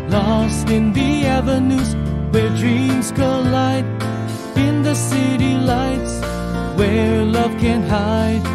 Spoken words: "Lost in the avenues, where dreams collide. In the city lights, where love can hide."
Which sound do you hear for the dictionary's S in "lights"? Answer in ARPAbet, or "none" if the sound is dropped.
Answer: S